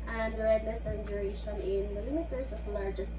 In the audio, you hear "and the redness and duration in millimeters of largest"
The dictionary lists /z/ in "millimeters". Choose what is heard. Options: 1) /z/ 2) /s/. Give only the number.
2